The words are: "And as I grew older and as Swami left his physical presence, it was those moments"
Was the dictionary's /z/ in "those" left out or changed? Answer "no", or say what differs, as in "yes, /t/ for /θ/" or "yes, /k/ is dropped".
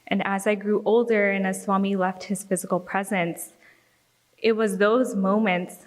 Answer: no